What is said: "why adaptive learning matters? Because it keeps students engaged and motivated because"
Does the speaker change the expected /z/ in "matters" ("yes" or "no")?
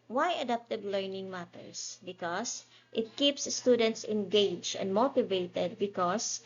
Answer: yes